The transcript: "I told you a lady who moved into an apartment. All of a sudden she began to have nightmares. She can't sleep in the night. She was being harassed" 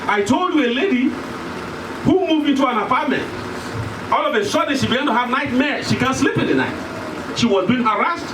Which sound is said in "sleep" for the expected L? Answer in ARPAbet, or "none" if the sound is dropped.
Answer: L